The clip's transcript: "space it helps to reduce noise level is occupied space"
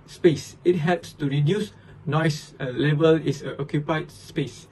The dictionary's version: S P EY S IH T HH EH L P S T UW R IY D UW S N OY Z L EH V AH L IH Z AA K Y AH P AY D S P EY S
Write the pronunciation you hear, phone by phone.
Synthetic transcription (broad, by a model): S P EY S IH T HH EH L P S T UW R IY D UW S N OY S L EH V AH L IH S AA K Y AH P AY D S P EY S